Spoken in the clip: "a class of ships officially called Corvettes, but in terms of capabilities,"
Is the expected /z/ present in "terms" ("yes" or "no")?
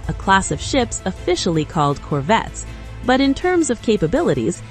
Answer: yes